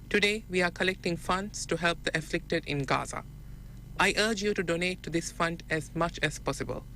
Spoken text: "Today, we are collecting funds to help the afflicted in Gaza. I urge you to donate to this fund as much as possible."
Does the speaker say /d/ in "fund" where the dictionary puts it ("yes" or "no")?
yes